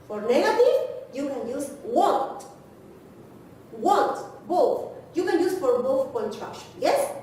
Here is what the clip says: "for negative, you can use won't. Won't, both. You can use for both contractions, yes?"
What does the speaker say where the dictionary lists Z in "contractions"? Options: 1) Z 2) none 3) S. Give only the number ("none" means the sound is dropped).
2